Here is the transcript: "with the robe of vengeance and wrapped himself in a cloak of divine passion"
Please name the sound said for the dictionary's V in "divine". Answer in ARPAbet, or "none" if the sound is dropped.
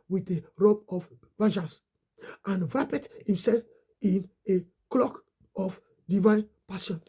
V